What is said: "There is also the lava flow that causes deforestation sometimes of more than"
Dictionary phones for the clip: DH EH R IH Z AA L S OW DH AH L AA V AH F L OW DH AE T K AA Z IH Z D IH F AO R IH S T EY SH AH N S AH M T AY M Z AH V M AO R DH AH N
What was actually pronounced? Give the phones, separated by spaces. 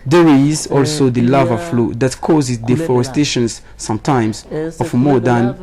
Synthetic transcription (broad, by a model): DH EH R IH Z AA L S OW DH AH L AA V AH F L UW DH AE T K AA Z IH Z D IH F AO R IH S T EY SH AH N S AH M T AY M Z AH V M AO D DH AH N